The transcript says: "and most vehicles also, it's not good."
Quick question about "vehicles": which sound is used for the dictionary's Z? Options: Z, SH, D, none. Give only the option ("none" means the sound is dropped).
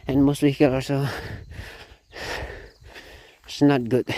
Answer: none